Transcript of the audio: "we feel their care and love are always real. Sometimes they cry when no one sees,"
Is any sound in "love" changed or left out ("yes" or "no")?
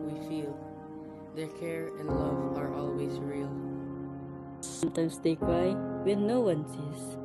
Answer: no